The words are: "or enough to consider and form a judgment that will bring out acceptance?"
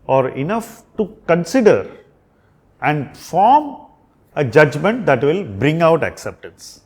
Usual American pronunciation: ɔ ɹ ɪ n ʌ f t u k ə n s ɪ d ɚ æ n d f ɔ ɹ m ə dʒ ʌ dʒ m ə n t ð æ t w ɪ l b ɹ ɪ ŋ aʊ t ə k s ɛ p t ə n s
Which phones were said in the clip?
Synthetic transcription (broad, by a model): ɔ ɹ ɪ n ʌ f t u k ə n s ɪ d ɚ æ n d f ɔ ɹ m ə dʒ ʌ dʒ m ə n t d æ t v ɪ l b ɹ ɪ ŋ aʊ t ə k s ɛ p t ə n s